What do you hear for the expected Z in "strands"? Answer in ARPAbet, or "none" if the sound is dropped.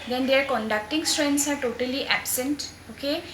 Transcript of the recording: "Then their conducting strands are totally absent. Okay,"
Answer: S